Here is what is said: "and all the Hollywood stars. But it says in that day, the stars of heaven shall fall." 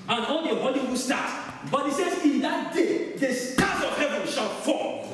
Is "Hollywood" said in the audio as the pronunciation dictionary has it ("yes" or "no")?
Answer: no